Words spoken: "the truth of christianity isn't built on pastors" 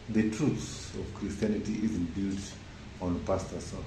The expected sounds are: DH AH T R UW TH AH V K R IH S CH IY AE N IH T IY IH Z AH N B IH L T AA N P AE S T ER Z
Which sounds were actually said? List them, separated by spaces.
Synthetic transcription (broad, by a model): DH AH T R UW S AH V K R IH S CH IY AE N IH T IY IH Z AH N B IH L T AA N P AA S T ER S